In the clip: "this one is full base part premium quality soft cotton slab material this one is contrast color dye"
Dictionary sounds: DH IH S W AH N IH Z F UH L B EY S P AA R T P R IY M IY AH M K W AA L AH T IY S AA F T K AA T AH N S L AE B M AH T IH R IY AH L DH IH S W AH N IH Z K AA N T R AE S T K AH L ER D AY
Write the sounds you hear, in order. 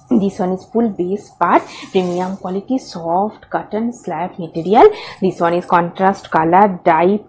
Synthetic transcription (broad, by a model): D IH S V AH N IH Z F UH L B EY S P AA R T P R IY M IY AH M K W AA L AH T IY S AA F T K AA T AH N S L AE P M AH T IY R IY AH L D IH S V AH N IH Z K AA N T R AE S T K AH L ER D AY